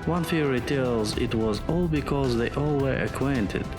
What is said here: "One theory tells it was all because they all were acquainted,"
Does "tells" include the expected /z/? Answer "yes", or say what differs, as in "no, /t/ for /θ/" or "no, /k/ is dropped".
yes